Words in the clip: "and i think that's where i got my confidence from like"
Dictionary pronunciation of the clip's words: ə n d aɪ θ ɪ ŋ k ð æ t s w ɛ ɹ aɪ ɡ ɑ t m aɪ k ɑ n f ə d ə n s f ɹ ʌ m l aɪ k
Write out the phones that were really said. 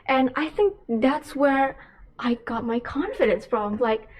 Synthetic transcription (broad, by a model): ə n aɪ θ ɪ ŋ k ð æ t s w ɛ ɹ aɪ ɡ ɑ t m aɪ k ɑ n f ə d ə n s p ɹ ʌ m l aɪ k